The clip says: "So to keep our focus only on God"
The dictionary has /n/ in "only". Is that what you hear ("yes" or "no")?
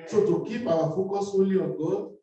no